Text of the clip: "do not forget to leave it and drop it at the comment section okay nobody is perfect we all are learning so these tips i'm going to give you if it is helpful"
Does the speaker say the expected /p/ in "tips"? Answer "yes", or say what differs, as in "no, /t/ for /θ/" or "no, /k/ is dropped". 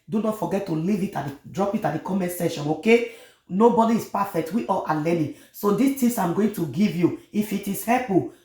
no, /p/ is dropped